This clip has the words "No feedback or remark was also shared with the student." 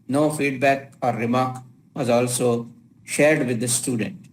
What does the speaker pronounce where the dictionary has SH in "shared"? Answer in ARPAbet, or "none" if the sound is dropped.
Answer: SH